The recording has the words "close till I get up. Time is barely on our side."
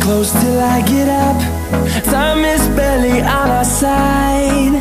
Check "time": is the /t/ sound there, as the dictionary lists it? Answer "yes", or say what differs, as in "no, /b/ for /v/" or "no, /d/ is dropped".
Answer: no, /s/ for /t/